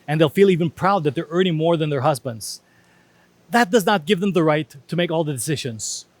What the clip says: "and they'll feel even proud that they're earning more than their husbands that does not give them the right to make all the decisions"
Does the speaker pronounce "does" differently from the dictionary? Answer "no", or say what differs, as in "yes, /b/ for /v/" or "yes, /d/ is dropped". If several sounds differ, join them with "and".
no